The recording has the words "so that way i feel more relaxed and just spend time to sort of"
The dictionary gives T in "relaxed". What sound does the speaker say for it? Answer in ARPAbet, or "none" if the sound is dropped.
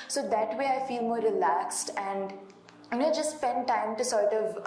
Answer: T